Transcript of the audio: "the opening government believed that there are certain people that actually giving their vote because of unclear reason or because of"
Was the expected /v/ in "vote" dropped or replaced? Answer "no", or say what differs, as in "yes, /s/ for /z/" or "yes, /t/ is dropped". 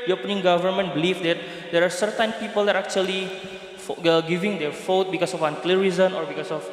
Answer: yes, /f/ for /v/